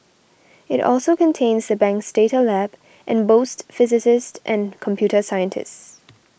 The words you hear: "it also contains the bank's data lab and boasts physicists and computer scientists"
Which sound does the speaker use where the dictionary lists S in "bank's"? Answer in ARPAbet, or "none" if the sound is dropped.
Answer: S